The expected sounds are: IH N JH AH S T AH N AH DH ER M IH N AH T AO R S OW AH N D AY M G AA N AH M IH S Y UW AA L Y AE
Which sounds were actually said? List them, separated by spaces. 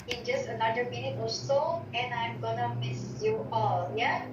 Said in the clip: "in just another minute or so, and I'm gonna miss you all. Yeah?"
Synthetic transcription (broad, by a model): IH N JH AH S T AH N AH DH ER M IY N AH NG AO L S OW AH N AY M G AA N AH M IH S Y UW AA L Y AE